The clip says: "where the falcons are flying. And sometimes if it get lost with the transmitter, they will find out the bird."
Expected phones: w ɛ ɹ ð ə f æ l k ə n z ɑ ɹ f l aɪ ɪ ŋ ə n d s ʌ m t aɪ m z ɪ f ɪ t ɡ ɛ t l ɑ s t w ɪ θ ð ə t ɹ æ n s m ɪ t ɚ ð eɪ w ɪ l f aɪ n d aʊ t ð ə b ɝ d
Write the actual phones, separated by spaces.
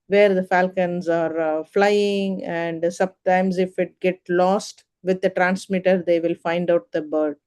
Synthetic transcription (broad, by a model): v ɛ ɹ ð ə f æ l k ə n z ɑ ɹ f l aɪ ɪ ŋ ə n d s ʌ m t aɪ m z ɪ f ɪ t ɡ ɛ t l ɑ s t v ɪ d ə t ɹ æ n s m ɪ t ɚ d eɪ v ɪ l f aɪ n d aʊ t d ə b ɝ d